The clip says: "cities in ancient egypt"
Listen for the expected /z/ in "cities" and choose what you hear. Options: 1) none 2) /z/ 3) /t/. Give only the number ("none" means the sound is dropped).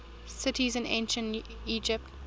2